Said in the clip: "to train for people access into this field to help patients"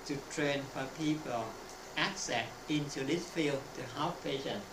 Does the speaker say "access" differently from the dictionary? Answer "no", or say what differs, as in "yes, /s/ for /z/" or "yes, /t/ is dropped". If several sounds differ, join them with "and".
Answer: no